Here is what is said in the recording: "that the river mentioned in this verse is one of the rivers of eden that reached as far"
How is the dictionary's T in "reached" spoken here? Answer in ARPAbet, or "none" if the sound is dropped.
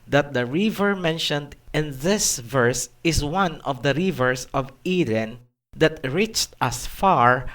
T